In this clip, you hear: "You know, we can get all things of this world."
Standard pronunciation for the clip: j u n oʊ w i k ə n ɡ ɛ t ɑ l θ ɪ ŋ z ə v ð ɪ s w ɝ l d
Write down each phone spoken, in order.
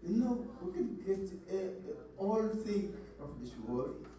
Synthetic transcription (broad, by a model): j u n oʊ w i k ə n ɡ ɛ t ɑ l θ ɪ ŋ ə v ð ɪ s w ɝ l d